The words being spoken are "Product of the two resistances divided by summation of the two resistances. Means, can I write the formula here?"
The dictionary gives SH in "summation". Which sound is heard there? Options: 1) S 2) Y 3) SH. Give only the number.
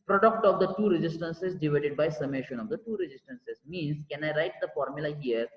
3